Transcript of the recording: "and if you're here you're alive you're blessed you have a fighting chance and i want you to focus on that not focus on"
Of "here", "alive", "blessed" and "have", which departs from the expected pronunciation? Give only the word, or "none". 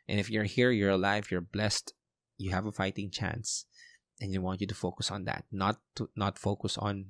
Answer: none